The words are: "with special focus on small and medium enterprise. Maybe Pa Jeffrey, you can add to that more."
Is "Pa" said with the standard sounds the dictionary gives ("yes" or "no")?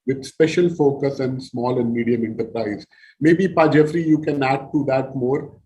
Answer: yes